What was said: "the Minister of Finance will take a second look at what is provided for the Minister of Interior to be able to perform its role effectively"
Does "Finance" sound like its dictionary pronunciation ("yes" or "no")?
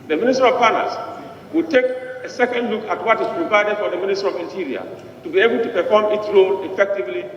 no